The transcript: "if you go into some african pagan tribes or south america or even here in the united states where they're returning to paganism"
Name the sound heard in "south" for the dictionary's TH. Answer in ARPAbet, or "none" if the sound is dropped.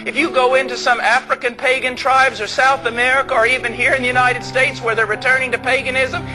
TH